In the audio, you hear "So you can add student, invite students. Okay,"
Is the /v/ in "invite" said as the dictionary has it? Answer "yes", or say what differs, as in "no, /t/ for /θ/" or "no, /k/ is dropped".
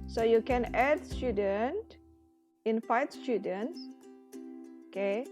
no, /f/ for /v/